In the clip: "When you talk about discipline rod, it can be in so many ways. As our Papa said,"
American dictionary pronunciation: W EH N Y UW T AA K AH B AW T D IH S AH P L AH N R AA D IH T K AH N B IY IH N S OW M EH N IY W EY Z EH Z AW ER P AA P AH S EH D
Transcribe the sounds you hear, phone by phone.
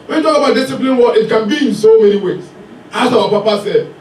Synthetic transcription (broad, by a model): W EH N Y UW T AA K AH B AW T D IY S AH P L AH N W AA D IH T K AH N B IY IH N S OW M EH N IY W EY S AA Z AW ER P AA P AH S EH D